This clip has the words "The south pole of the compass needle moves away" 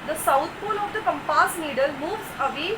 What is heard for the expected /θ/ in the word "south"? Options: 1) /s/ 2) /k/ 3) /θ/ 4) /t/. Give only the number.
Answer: 4